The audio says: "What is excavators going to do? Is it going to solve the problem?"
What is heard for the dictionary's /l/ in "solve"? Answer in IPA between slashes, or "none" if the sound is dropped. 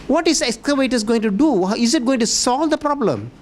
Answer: /l/